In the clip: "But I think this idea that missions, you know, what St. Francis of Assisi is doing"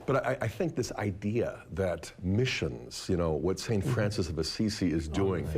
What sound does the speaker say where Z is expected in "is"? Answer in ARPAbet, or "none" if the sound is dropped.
Z